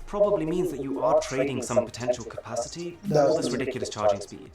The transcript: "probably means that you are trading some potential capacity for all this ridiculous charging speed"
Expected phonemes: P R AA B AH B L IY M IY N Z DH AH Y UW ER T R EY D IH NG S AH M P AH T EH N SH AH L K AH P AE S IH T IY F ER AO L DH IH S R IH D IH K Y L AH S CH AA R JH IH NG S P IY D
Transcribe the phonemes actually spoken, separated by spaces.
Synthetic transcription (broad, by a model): P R AA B AH B L IY M IY N Z DH AH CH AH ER T R EY D IH NG S AH M P AH T EH N SH AH L K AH P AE S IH T IY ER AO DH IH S R IH D IH K Y L AH S CH AA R JH IH NG S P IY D